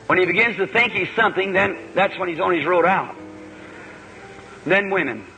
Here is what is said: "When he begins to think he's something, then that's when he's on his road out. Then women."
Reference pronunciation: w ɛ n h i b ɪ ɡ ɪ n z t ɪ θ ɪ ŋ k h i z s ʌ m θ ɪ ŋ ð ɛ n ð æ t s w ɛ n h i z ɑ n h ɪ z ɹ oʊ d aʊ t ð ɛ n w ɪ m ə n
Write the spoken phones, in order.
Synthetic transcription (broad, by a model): w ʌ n i b ɪ ɡ ɪ n z t ɪ θ ɪ ŋ k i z s ʌ m θ ɪ ŋ ð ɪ n ð æ t s w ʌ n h i z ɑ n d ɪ z ɹ oʊ d aʊ t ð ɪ n w ɪ m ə n